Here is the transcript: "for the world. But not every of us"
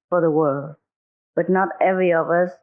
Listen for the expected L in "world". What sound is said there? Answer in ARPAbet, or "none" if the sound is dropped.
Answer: L